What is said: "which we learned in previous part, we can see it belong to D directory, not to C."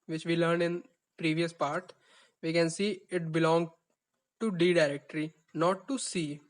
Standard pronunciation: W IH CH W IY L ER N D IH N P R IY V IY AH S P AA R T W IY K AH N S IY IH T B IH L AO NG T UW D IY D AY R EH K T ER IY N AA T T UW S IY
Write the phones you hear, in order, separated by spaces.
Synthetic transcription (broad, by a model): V IH CH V IY L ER N IH N P R IY V IY AH S P AA R T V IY K AH N S IY IH T B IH L AO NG T UW D IY D AY R EH K T ER IY N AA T T UW S IY